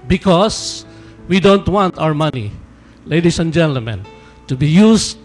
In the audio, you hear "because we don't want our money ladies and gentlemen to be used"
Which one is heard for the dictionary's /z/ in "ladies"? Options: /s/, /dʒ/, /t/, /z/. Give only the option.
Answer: /s/